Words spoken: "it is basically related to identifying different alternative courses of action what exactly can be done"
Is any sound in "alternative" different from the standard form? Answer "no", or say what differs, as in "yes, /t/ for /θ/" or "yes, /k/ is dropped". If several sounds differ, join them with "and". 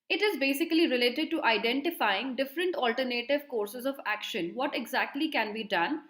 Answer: no